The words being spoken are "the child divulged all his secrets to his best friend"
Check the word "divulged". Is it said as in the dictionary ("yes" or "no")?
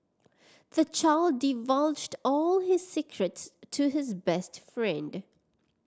yes